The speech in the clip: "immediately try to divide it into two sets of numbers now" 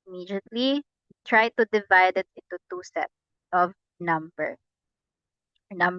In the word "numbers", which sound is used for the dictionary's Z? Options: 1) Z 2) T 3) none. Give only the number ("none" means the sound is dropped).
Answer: 3